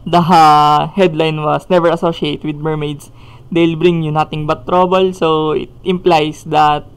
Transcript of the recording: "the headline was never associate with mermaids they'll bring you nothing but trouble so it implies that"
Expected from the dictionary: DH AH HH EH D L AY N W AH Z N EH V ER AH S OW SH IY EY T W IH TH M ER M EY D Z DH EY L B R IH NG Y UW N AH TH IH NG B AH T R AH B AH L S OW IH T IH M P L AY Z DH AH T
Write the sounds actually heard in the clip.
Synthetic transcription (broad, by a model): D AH HH EH D L AY N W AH S N EH V ER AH S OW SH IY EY T W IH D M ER M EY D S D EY L B R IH NG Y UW N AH T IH NG B AH T R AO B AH L S OW IH T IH M P L AY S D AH T